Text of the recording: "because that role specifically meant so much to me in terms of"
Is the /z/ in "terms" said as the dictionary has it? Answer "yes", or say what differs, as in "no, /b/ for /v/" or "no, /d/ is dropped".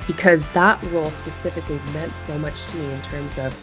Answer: yes